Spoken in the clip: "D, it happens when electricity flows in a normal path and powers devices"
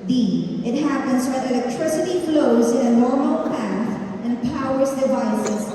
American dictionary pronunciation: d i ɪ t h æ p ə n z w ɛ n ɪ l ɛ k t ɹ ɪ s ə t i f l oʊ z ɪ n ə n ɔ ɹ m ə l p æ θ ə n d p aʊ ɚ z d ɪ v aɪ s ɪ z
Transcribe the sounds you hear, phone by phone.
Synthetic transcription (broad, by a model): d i ɪ t h æ p ə n z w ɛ ɪ l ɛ k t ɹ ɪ s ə t i f l oʊ z ɪ n ə n ɔ ɹ m ə l p æ θ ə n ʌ p aʊ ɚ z d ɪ v aɪ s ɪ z